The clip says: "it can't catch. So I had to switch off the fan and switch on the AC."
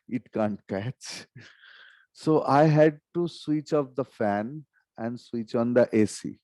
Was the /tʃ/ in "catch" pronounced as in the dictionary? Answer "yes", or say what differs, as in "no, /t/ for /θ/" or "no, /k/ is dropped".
yes